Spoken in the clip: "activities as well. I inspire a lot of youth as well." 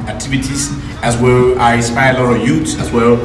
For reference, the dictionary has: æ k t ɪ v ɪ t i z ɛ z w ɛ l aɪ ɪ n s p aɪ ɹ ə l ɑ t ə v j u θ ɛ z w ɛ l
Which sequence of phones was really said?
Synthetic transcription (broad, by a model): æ k t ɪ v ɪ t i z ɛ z w ɛ l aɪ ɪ s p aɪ ə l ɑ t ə j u s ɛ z w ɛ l